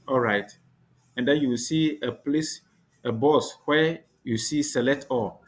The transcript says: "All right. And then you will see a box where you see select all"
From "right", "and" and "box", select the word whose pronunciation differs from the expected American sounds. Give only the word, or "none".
box